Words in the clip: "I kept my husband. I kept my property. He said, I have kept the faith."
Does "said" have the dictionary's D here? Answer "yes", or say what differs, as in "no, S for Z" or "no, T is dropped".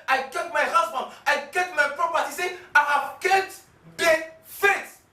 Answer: no, D is dropped